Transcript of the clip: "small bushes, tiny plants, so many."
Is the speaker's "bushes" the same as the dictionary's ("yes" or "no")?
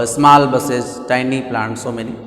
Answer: no